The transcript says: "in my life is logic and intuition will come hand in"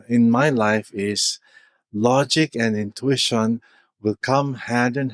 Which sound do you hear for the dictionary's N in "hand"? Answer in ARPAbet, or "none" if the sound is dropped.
none